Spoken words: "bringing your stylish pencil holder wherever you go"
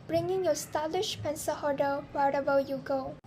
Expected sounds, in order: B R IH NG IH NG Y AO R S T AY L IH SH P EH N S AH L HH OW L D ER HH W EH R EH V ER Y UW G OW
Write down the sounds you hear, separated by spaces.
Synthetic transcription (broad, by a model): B R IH NG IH NG Y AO S T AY L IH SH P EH N S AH HH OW D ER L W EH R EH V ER Y UW G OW